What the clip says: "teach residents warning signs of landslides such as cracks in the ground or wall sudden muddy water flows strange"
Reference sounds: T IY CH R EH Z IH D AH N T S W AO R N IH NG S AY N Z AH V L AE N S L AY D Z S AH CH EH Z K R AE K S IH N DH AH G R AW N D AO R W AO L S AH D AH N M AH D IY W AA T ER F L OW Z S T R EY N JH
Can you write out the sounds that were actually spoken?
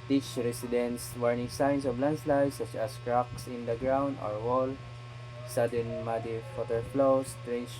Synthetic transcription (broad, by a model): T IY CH R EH S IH D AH N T S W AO R N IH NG S AY N S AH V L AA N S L AY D S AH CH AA S K R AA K S IH N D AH G R AW N D AO R W AO L S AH D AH N M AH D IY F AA T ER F L OW S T R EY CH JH